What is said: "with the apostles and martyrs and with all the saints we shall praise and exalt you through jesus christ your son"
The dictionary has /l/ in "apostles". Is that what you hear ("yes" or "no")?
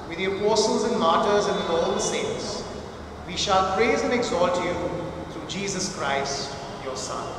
yes